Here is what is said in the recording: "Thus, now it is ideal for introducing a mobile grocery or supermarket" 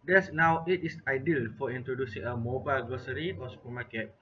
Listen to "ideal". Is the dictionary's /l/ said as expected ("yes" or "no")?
yes